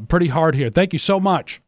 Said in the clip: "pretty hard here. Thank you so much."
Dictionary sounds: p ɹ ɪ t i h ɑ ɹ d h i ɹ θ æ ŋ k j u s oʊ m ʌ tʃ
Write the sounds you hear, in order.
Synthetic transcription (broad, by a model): p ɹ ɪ t i h ɑ ɹ d h i ɹ θ æ ŋ k j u s oʊ m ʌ tʃ